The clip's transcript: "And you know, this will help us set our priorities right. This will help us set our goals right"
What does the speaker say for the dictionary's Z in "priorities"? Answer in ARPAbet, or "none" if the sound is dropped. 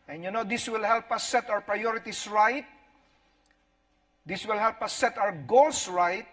S